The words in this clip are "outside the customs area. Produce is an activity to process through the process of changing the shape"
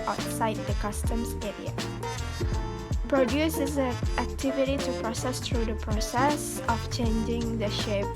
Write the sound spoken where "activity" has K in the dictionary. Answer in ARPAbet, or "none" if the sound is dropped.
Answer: K